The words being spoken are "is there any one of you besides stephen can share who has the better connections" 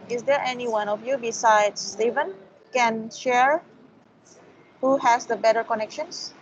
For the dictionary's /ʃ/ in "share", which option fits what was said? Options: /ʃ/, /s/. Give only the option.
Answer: /ʃ/